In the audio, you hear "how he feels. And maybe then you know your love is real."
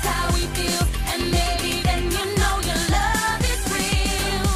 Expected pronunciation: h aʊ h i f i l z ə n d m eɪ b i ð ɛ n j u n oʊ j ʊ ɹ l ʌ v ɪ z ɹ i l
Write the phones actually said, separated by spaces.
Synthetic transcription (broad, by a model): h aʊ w i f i l ə n m eɪ b i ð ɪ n j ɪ n oʊ j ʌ ɹ l ʌ v ɪ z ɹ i l